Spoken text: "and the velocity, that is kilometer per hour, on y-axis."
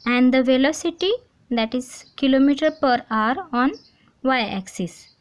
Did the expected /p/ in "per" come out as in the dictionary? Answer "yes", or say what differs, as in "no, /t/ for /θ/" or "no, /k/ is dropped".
yes